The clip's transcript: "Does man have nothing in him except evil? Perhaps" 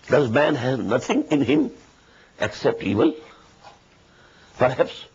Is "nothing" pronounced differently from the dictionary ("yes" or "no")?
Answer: yes